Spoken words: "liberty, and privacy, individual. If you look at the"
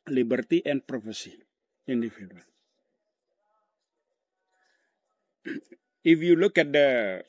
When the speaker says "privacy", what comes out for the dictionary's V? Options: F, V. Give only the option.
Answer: F